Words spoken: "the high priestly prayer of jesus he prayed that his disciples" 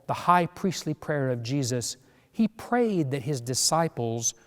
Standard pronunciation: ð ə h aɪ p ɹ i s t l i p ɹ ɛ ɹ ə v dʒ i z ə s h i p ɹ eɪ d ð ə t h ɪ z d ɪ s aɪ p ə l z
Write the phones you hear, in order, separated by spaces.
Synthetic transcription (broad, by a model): ð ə h aɪ p ɹ i s t l i p ɹ ɛ ɹ ə v dʒ i z ə s h i p ɹ eɪ d ð ə t h ɪ z d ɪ s aɪ p l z